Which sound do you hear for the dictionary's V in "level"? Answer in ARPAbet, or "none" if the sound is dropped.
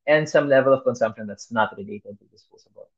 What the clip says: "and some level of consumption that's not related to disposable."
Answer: V